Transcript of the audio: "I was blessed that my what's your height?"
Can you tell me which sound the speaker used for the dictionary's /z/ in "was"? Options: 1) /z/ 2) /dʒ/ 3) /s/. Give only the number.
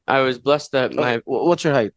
1